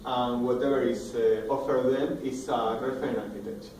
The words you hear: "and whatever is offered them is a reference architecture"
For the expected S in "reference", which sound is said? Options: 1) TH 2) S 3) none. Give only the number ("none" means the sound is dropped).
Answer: 3